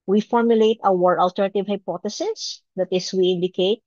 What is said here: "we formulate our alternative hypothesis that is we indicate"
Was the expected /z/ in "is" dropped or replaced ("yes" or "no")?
yes